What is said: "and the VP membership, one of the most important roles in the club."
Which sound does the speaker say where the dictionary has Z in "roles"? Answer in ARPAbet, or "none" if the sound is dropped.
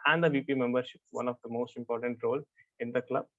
none